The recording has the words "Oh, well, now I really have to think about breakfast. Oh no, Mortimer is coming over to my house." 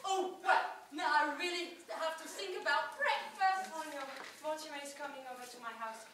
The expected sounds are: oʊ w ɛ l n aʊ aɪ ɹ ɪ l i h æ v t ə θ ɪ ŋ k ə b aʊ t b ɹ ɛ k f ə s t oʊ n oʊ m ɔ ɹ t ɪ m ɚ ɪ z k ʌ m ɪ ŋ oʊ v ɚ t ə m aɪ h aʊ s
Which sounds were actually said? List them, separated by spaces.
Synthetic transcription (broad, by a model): oʊ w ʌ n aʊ aɪ ɹ ɪ l i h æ f t ə θ ɪ ŋ k ə b aʊ t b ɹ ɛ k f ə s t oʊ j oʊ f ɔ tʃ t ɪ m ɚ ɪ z k ʌ m ɪ ŋ oʊ v ɚ t ə m aɪ h aʊ s